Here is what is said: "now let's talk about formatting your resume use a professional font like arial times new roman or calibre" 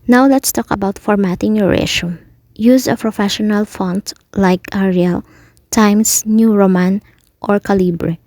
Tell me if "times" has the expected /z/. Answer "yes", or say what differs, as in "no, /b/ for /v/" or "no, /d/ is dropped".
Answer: no, /s/ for /z/